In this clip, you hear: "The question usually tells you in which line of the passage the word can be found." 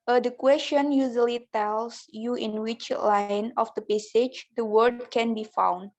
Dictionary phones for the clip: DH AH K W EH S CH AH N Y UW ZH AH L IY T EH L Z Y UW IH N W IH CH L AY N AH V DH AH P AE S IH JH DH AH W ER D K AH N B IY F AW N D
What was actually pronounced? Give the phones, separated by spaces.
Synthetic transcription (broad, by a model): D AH K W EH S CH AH N Y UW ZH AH L IY T EH L S Y UW IH N W IH CH L AY N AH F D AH P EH S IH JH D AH W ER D K AH N B IY F AW N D